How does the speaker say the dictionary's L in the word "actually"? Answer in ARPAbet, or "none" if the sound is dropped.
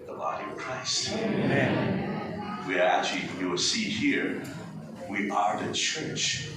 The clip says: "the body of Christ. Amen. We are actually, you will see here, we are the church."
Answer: none